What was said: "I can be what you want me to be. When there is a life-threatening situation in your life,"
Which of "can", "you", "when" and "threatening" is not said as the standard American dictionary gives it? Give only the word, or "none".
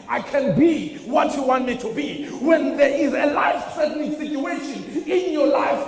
threatening